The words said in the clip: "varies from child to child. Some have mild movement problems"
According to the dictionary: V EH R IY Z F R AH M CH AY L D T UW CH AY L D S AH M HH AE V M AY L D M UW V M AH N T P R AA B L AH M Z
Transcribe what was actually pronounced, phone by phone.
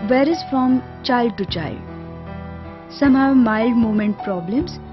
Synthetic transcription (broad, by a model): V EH R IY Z F R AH M CH AY L D T UW CH AY L D S AH M HH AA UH M AY L D M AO M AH N T P R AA B L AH M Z